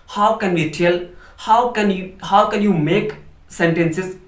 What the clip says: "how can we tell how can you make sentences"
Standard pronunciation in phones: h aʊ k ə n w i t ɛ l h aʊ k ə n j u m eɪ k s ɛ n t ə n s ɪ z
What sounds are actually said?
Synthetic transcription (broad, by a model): h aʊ k ə n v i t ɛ n h aʊ k ə n j u m eɪ k s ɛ n t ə n s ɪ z